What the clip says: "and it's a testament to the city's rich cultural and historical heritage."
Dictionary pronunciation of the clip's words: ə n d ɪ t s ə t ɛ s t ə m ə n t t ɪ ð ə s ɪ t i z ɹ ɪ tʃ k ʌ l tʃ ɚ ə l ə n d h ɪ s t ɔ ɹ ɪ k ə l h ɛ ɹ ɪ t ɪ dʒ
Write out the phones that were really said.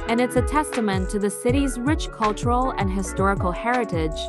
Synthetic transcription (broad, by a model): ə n ɪ t s ə t ɛ s t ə m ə n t t ɪ ð ə s ɪ t i z ɹ ɪ tʃ k ʌ l tʃ ɚ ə l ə n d h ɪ s t ɔ ɹ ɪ k l h ɛ ɹ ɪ t ɪ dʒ